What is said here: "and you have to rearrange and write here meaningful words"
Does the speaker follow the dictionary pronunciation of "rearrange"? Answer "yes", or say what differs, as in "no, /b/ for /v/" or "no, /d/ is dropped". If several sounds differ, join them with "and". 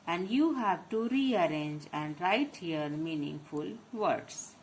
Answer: yes